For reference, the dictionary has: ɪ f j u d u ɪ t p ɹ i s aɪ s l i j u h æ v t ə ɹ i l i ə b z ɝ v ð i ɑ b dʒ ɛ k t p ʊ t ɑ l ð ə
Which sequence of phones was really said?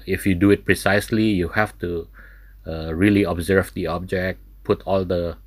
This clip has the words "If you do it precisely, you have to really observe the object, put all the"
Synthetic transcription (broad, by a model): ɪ f j u d u ɪ t p ɹ i s aɪ s l i j u h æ f t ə ɹ i l i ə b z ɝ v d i ɑ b dʒ ɛ k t p ʊ t ɑ l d ə